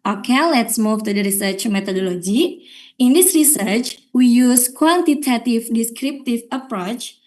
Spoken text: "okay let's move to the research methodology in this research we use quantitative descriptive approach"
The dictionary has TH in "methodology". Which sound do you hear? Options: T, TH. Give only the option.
T